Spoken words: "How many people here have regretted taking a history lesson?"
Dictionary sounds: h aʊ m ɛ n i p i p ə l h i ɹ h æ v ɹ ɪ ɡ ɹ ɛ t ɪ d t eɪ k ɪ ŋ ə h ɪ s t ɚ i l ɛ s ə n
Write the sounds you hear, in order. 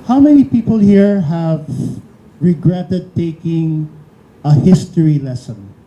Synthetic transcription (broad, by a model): h aʊ m ɛ n i p i p ə l h i ɹ h æ v ɹ ɪ ɡ ɹ ɛ t ɪ d t eɪ k ɪ ŋ ə h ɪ s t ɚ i l ɛ s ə n